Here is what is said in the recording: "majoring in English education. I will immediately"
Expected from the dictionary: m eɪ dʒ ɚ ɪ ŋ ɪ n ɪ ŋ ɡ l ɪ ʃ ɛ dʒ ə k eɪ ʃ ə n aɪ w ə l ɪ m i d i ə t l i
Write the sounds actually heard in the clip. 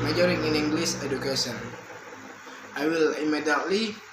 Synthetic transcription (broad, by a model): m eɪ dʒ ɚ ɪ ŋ ɪ n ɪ ŋ ɡ l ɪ s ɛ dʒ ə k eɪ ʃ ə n aɪ w ə l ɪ m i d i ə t l i